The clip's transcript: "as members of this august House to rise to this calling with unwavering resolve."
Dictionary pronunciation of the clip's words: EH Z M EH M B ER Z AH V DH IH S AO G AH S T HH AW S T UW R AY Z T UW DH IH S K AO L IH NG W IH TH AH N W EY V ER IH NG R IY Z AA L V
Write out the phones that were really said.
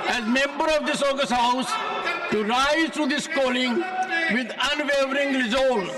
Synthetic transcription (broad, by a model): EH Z M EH M B ER AH V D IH S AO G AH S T HH AW S T UW R AY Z T UW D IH S K AO L IH NG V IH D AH N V EY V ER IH NG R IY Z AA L